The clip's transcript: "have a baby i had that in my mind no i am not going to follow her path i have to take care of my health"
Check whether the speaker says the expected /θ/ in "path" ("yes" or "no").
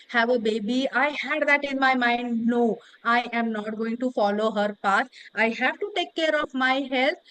no